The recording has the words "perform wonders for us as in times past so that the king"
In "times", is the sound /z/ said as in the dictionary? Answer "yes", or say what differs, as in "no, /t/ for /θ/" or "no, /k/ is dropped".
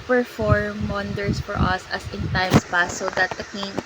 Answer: no, /s/ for /z/